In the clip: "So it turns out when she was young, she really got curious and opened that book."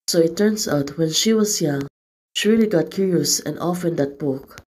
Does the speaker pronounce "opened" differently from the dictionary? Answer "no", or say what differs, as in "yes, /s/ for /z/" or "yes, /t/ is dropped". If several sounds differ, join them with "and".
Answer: yes, /f/ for /p/